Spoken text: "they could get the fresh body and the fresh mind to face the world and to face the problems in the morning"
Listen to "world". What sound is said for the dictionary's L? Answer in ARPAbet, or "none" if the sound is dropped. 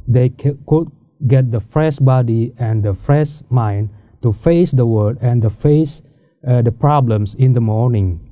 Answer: none